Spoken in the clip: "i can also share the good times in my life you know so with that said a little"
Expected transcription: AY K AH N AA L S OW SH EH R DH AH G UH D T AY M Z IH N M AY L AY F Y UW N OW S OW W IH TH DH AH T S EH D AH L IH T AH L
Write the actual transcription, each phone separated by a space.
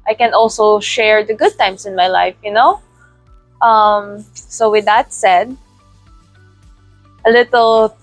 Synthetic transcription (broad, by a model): AY K AH N AA L S OW SH EH R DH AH G UH D T AY M S IH N M AY L AY F Y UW N OW S OW W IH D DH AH T S EH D AH L IH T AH L